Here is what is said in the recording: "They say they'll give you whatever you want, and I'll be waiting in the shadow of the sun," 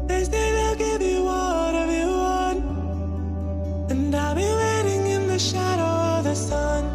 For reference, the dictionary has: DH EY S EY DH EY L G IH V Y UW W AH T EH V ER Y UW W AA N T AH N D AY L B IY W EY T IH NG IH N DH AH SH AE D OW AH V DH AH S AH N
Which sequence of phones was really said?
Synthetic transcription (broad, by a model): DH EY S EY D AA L G IH V Y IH W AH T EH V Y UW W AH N AH N D AY L B IY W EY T IH NG IH N DH AH SH AE D OW AH V DH AH S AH N